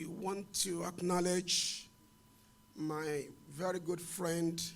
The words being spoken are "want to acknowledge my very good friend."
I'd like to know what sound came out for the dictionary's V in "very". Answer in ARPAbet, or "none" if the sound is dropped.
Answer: V